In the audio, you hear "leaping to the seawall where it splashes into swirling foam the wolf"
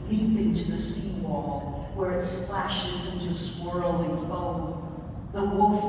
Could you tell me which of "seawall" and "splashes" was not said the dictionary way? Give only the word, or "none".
none